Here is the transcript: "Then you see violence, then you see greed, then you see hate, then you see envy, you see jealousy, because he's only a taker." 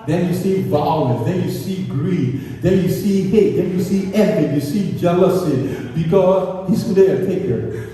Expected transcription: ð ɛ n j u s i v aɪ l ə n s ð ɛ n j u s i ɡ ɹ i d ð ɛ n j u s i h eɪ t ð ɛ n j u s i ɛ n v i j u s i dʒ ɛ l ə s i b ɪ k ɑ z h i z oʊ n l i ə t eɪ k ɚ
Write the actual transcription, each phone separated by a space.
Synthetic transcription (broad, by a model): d ɛ n j u s i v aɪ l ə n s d ɛ n j u s i ɡ ɹ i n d ɛ n j u s i h eɪ t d ɛ n j u s i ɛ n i j u s i dʒ ɛ l ə s i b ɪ k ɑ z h i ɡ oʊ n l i ə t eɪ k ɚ